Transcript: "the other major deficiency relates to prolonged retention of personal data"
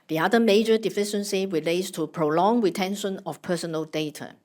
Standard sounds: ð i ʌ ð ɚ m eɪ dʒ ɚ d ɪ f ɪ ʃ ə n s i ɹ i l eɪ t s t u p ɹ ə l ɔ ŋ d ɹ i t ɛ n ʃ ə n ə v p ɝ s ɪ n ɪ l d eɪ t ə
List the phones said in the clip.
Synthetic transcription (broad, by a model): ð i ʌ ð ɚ m eɪ dʒ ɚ d ɪ f ɪ ʃ ə n s i ɹ i l eɪ t s t u p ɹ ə l ɔ ŋ ɹ i t ɛ n ʃ ə n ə f p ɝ s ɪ n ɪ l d eɪ t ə